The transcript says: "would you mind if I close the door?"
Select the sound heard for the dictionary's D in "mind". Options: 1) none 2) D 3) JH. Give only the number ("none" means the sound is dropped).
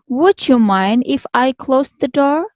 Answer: 2